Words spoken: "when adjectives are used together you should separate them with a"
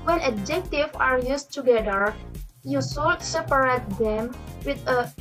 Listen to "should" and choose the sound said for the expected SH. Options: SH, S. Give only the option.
S